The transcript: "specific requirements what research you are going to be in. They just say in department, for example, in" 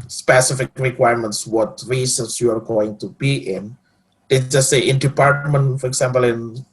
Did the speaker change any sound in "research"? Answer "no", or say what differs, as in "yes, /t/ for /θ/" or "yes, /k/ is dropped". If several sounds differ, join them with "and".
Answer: yes, /s/ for /tʃ/